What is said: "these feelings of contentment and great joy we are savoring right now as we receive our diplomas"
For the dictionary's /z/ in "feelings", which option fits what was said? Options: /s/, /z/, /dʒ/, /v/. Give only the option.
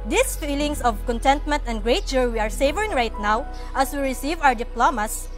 /s/